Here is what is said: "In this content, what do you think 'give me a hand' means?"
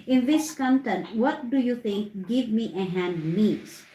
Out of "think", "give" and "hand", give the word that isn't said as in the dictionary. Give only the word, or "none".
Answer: think